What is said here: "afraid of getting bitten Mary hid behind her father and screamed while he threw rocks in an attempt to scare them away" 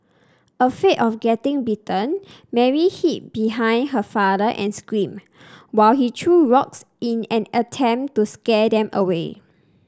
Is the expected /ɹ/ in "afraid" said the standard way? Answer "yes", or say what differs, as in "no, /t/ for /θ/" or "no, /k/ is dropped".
no, /ɹ/ is dropped